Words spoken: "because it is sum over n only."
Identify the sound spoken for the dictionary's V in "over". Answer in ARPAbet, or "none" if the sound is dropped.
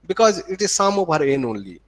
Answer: B